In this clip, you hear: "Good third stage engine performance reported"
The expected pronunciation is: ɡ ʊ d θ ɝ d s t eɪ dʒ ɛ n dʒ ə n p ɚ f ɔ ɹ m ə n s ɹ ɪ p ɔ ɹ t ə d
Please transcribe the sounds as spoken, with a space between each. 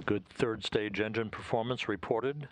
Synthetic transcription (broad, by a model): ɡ ʊ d θ ɝ d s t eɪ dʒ ɛ n dʒ ə n p ɚ f ɔ ɹ m ə n s ɹ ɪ p ɔ ɹ t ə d